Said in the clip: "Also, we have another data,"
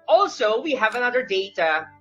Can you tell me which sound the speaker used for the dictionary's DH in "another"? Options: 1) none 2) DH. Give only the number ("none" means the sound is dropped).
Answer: 2